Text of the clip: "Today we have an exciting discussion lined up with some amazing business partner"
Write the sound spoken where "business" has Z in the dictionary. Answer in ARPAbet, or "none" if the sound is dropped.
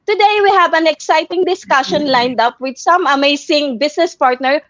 S